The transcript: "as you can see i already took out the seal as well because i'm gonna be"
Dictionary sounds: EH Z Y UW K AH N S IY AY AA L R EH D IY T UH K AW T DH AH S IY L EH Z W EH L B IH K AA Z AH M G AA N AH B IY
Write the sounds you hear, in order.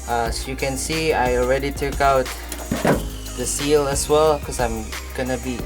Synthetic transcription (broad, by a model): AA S Y UW K AH N S IY AY AA L R EH D IY T UH K AW T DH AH S IY L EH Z W EH L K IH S AA AH M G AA N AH B IY